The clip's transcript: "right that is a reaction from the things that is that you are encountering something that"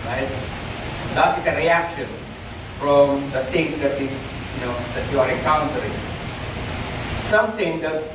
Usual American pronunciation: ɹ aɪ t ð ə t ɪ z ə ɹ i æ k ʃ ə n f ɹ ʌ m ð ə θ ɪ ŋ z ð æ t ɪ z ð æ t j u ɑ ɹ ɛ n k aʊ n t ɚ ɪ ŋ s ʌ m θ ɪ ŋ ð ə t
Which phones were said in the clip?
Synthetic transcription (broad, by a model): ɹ aɪ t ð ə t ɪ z ə ɹ i æ k ʃ ə n f ɹ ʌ m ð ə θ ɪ ŋ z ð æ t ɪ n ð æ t j u ɑ ɹ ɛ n k aʊ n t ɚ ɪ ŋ s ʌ m t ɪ ŋ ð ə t